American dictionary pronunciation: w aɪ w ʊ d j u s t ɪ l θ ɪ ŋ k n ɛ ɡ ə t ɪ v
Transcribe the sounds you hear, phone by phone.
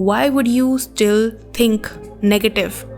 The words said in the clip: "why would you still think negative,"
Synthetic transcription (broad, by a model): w aɪ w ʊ d j u s t ɪ l t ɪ ŋ k n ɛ ɡ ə t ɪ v